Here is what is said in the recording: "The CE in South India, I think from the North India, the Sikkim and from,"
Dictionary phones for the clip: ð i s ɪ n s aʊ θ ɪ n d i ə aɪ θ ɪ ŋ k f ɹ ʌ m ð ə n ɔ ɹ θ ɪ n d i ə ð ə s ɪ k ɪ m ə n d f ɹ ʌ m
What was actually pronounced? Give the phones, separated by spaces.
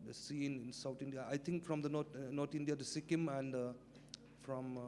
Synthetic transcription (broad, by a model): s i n ɪ n s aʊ t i n d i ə aɪ t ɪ ŋ k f ɹ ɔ m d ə n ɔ ɹ t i n d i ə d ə s ɪ k ɪ m ə n d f ɹ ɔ m